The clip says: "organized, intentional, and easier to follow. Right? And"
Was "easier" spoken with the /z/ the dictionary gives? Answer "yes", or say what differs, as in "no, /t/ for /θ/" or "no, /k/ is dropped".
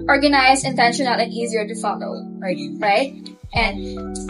yes